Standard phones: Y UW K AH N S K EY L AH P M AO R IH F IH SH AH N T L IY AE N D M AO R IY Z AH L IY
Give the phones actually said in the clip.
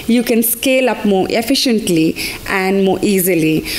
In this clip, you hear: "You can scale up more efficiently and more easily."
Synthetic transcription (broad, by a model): Y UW K AH N S K EY L AH P M AO R IH F IH SH AH N T L IY AE N D M AO R IY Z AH L IY